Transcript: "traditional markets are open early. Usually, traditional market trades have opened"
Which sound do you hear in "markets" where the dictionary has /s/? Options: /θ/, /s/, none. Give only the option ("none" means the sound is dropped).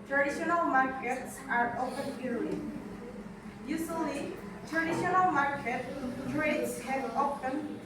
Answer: /s/